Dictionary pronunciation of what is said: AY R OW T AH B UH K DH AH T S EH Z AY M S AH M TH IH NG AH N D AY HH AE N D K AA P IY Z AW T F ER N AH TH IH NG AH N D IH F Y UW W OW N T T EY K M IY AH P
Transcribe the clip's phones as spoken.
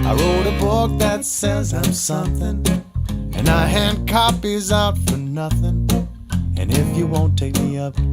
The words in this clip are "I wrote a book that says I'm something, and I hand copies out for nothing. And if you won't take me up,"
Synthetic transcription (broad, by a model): AY R OW T AH B UH K DH AH T S EH Z AY M S AH M TH IH NG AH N AY HH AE N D K AA P IY Z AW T F ER N AH TH IH NG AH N IH F Y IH W OW N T T EY K M IY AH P